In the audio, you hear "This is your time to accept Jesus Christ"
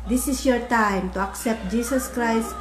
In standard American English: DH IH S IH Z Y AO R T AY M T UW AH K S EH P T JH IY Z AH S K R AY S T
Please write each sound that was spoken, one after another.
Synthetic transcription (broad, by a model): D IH S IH S Y AO R T AY M T UW AH K S EH P T JH IY S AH S K R AY S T